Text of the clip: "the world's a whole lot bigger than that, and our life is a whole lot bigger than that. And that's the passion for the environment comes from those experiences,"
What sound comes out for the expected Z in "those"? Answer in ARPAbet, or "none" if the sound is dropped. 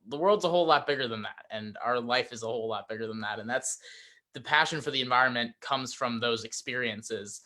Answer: Z